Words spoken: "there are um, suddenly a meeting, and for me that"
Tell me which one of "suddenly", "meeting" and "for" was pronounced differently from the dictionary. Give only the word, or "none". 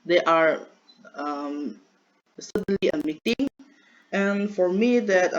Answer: none